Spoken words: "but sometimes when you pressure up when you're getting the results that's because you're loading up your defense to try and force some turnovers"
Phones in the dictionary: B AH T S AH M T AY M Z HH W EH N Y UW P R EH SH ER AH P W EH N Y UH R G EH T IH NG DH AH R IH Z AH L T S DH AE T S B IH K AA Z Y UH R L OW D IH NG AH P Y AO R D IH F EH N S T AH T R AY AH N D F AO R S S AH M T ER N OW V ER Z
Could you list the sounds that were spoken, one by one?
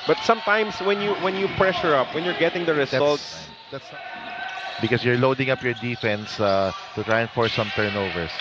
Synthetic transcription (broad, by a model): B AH T S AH M T AY M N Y W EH N Y UW P R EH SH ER AH P W EH N Y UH R G EH T IH NG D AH R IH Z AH L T S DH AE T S B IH K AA S Y UH R L OW D IH NG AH P Y AO R D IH F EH N S T AH T R AY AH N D F AO R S S AH M T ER N OW V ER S